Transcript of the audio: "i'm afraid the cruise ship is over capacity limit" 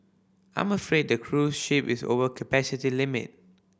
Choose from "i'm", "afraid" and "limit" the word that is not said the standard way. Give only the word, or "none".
none